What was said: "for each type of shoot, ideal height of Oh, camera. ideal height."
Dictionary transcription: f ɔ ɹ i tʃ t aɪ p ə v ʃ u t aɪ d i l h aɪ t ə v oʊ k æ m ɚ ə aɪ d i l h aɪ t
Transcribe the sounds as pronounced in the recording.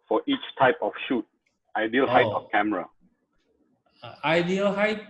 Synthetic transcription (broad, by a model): f ɔ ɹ i tʃ t aɪ p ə f ʃ u t aɪ d i l h aɪ t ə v k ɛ m ɚ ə aɪ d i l h aɪ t